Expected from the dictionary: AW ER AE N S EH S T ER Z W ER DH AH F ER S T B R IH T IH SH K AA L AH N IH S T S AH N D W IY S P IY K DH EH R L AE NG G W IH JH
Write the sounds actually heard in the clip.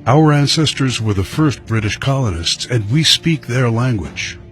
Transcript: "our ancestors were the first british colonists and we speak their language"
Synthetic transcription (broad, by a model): AW ER AE N S EH S T ER Z W ER DH AH F ER S T B R IH T IH SH K AA L AH N IH S T S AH N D W IY S P IY K DH EH R L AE NG G W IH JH